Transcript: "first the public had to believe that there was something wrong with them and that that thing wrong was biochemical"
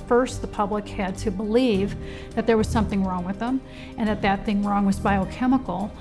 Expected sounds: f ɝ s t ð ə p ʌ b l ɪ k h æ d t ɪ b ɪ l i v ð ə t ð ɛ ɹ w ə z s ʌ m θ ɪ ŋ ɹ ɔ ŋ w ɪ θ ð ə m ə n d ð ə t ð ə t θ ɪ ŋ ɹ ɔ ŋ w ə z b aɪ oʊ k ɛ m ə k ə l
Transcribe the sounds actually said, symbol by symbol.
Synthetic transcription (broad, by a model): f ɝ s t ð ə p ʌ b l ɪ k h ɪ d t ɪ b ɪ l i v ð ə t ð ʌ ɹ w ə z s ʌ m θ ɪ ŋ ɹ ɔ ŋ w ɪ ð ə m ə n ð ə t ð ə t θ ɪ ŋ ɹ ɔ ŋ w ə z b aɪ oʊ k ɛ m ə k l